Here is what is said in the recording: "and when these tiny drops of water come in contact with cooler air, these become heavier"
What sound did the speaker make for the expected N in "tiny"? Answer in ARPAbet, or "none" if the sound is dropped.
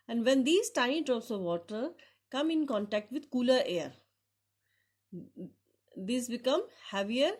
none